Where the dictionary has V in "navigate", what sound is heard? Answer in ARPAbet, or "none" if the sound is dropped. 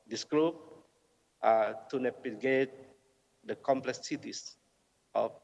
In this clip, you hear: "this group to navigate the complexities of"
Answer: P